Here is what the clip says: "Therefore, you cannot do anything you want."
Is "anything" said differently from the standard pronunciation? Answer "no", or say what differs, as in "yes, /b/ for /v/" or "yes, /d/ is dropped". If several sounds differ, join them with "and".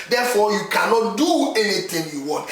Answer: yes, /t/ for /θ/